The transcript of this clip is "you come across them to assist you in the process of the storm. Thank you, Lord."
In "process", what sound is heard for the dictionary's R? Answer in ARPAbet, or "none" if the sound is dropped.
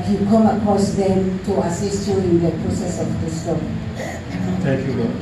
R